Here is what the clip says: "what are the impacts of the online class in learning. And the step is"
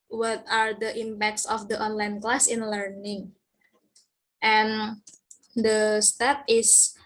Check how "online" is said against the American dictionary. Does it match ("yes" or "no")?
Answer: yes